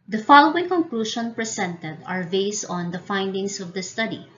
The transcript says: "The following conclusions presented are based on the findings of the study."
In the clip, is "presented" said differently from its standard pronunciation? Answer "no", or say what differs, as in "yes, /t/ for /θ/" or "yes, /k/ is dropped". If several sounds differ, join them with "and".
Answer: yes, /s/ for /z/